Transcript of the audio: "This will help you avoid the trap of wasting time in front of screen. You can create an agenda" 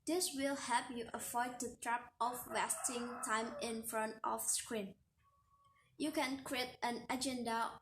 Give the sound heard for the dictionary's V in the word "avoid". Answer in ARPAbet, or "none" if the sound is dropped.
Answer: F